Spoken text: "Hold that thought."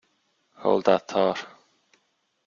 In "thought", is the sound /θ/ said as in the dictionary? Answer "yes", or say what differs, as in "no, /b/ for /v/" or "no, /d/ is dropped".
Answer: no, /t/ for /θ/